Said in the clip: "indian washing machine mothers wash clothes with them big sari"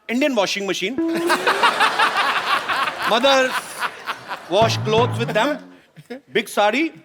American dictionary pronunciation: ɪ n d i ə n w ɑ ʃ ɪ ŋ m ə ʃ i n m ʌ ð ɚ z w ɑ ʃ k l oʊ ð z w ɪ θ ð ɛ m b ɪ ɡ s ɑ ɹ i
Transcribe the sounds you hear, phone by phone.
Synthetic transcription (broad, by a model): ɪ n d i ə n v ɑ ʃ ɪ ŋ m ə ʃ i n m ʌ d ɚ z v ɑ ʃ k l oʊ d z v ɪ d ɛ m b ɪ ɡ s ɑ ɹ i